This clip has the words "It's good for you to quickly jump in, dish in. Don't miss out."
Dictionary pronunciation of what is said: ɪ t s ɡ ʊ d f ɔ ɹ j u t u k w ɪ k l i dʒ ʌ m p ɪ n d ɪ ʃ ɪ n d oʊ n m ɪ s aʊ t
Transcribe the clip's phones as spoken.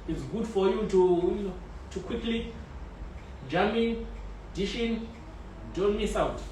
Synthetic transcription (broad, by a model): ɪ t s ɡ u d f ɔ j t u t u k w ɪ k l i dʒ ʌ m ɪ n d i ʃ ɪ n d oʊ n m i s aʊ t